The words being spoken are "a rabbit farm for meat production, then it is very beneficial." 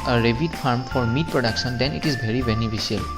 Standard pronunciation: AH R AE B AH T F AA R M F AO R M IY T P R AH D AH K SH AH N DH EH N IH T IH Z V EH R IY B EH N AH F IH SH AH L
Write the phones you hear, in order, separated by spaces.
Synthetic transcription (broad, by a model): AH R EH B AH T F AA R M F AO R M IY T P R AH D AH K S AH N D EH N IH T IH Z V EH R IY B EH N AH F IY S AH L